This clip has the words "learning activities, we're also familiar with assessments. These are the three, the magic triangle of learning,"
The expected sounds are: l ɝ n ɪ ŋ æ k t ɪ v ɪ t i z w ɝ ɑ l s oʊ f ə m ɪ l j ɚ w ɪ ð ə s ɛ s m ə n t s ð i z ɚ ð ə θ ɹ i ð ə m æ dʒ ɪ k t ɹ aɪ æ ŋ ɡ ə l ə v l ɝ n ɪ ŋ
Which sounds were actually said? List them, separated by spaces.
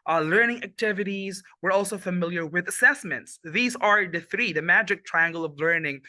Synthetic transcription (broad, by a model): l ɝ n ɪ ŋ æ k t ɪ v ɪ t i z w ɝ ɑ l s oʊ f ə m ɪ l j ɚ w ɪ ð ə s ɛ s m ə n t s ð i z ɚ ð ə θ ɹ i ð ə m æ dʒ ɪ k t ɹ aɪ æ ŋ ɡ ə l ə v l ɝ n ɪ ŋ